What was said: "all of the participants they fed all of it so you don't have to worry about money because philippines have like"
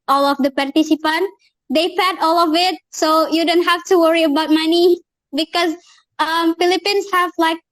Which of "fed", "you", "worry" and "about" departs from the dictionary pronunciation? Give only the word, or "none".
fed